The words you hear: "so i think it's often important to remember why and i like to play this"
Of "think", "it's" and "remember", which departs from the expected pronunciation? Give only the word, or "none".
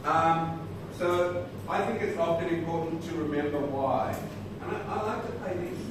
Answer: none